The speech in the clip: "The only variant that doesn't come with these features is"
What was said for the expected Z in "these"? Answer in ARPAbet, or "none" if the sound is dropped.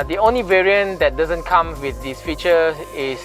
S